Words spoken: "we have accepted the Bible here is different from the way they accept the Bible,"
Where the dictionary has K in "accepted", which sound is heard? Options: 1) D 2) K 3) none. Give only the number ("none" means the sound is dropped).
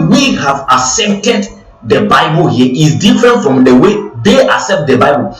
3